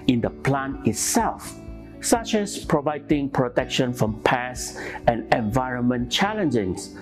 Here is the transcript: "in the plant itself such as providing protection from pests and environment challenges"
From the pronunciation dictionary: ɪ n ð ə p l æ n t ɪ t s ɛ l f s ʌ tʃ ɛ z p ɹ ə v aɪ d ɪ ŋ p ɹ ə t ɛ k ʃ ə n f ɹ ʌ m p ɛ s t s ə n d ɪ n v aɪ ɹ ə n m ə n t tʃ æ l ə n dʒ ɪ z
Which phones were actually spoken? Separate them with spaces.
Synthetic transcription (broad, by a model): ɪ n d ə p l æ n ɪ t s ɛ l f s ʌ tʃ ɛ s p ɹ ə v aɪ d ɪ ŋ p ɹ ə t ɛ k ʃ ə n f ɹ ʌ m p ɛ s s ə n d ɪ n v aɪ ɹ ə n m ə n tʃ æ l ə n dʒ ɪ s